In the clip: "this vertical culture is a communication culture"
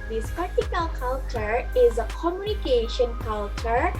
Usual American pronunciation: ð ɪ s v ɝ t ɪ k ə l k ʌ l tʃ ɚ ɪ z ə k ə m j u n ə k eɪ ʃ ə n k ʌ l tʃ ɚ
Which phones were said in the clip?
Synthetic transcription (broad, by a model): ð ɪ s p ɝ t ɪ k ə l k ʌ l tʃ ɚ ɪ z ə k ə m j u n ə k eɪ ʃ ə n k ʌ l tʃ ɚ